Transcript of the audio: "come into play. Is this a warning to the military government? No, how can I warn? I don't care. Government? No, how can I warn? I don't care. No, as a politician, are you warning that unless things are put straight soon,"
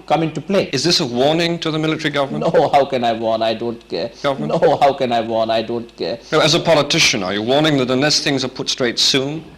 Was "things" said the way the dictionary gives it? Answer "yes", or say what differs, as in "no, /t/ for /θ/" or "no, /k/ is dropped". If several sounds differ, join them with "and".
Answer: yes